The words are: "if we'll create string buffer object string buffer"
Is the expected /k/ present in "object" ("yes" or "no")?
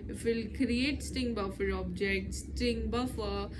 yes